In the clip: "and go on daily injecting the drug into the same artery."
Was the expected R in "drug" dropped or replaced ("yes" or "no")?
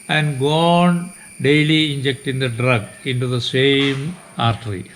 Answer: no